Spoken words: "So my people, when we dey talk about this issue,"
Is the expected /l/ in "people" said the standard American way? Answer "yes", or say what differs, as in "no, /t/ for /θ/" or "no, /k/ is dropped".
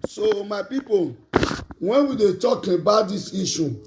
no, /n/ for /l/